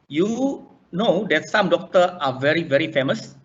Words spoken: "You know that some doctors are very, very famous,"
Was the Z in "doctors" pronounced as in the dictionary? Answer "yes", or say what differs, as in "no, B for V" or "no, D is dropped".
no, Z is dropped